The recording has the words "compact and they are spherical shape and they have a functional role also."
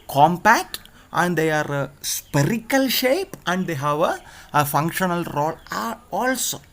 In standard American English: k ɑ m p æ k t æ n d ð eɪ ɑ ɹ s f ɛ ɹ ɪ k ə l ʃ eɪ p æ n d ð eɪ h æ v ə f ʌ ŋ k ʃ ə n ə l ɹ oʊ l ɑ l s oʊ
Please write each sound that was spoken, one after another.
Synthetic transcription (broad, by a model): k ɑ m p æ k t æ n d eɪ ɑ ɹ s p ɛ ɹ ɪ k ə l ʃ eɪ p æ n d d eɪ h æ v ə f ʌ ŋ k ʃ ə n ə l ɹ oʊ l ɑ l s oʊ